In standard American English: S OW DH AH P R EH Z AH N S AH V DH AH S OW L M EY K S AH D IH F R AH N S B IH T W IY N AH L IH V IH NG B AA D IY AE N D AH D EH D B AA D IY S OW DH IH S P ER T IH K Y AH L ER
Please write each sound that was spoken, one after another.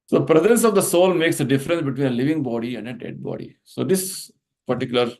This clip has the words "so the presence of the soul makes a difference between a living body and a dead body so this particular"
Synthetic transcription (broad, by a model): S OW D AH P R EH Z AH N S AH V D AH S OW L M EY K S AH D IH F R AH N S B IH T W IY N AH L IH V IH NG B AA D IY AE N D AH D EH D B AA D IY S OW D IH S P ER T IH K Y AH L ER